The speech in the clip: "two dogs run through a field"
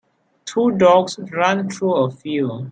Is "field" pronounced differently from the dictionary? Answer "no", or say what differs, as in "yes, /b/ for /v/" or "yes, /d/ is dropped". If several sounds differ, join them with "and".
yes, /d/ is dropped